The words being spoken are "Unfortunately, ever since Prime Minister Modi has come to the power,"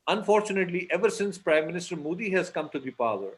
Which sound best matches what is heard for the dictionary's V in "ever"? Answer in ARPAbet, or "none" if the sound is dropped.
V